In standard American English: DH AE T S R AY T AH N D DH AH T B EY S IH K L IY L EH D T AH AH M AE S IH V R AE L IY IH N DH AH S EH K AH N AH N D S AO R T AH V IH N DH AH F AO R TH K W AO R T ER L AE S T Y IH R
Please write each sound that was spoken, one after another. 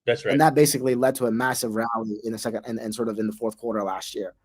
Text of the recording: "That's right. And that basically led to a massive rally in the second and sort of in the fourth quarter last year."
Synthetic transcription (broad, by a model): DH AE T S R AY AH N DH AH T B EY S IH K L IY L EH D T AH AH M AE S IH V R AE L IY IH N DH AH S EH K AH N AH N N S AO R T AH V IH N DH AH F AO R TH K W AO R T ER L AE S T Y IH R